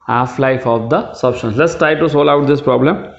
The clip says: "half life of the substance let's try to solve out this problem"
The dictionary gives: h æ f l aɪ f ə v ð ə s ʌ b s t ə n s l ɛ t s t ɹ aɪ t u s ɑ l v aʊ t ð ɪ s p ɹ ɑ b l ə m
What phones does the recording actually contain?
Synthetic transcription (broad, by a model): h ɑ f l aɪ f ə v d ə s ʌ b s t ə n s l ɛ t s t ɹ aɪ t u s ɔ l aʊ t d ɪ s p ɹ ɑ b l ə m